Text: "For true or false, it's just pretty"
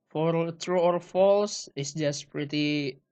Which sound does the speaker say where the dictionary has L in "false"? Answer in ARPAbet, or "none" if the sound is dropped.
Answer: L